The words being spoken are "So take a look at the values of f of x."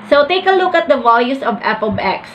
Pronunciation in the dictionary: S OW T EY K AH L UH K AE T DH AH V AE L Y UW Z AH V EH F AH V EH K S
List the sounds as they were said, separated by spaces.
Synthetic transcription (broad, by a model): S OW T EY K AH L UH K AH T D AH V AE L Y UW S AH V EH P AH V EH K S